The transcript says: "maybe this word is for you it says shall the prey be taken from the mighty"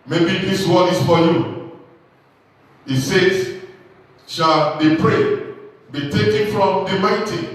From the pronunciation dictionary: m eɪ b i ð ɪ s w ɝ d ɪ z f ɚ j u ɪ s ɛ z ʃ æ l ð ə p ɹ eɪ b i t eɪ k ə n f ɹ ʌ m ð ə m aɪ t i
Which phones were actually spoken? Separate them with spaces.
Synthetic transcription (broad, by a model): m eɪ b i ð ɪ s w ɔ ɪ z f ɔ j u ɪ s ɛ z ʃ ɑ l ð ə p ɹ eɪ b i t eɪ k ə n f ɹ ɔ m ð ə m aɪ t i